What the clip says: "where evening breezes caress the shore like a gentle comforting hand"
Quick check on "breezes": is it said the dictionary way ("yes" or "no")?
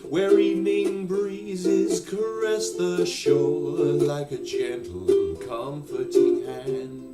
yes